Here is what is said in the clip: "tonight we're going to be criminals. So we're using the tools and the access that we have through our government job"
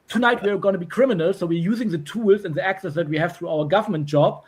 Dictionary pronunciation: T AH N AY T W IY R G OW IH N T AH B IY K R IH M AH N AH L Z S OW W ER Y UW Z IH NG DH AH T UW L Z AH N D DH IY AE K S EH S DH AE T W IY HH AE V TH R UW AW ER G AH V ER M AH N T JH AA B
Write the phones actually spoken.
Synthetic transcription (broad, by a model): T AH N AY T W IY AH G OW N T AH B IY K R IH M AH N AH L S OW W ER Y UW Z IH NG DH AH T UW L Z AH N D DH IY AE K S EH S DH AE T W IY HH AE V TH R UW AW ER G AH V ER M AH N T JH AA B